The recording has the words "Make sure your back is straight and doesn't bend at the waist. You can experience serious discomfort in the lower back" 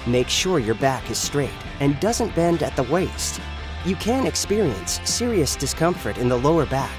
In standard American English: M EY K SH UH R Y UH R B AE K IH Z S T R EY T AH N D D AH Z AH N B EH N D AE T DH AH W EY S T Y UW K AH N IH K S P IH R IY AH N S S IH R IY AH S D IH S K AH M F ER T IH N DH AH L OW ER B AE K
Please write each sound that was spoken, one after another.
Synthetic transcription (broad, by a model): M EY K SH UH R Y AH R B AE K IH Z S T R EY T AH N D D AH Z AH N B EH N D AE T DH AH W EY S T Y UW K AH N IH K S P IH R IY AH N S S IH R IY AH S D IH S K AH M F ER T IH N DH AH L OW ER B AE K